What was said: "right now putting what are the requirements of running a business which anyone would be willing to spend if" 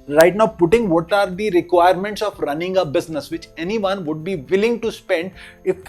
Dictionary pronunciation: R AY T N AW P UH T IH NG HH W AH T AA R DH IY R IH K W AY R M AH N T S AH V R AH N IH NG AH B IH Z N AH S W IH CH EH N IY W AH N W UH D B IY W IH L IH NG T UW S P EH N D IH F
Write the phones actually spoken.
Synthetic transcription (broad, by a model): R AY T N AW P UH T IH NG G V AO T AA R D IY R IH K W AY R M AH N T S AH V R AH N IH NG AH B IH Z N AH S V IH CH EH N IY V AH N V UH D B IY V IH L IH NG T UW S P EH N D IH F